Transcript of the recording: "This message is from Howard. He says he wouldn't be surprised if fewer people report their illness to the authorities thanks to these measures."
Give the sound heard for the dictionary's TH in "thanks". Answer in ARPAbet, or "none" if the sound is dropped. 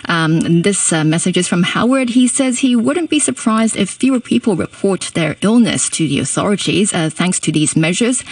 TH